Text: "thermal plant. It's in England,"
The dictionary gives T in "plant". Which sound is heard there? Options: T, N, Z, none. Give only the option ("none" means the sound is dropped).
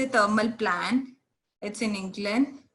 none